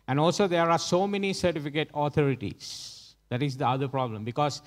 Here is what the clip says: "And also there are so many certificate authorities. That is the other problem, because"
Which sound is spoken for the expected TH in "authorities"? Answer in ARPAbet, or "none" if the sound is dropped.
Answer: T